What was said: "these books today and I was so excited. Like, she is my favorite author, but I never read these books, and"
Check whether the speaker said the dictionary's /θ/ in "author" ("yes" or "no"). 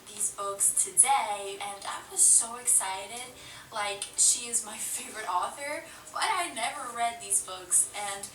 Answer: yes